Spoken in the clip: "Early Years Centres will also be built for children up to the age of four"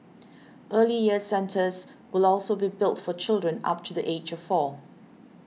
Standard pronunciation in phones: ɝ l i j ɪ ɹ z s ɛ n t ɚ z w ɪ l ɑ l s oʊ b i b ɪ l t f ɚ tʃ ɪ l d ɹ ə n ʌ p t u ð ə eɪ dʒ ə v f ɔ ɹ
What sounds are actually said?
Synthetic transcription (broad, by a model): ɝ l i j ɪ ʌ s ɛ n t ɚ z w ɪ l ɑ l s oʊ b i b ɪ l t f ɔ tʃ ɪ l d ɹ ə n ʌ p t u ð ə eɪ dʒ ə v f ɔ